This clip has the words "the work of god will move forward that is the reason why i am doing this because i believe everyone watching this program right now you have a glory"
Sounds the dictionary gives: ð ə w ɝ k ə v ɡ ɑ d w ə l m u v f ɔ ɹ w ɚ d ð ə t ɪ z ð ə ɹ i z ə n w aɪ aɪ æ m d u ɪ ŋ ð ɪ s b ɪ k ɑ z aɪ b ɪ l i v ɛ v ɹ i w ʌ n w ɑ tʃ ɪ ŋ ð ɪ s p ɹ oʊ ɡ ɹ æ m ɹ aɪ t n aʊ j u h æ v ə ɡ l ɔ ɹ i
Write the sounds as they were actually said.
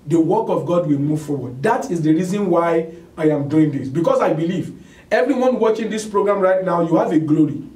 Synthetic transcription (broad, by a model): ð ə w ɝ k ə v ɡ ɑ d w ə l m u v f ɔ w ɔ d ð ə t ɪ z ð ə ɹ i z ə n w aɪ aɪ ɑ m d u ɪ ŋ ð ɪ s b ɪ k ɑ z aɪ b ɪ l i v ɛ v ɹ i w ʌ n w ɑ tʃ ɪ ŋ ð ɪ s p ɹ oʊ ɡ ɹ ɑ m ɹ aɪ t n aʊ j u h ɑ v ə ɡ l ɔ ɹ i